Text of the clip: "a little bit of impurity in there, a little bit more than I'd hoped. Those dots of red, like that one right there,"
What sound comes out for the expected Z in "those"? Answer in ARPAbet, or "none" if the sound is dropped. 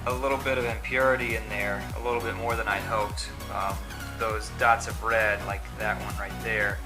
Z